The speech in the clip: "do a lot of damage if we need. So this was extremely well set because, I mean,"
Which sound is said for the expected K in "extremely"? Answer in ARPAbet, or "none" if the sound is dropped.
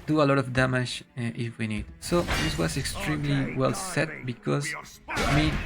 K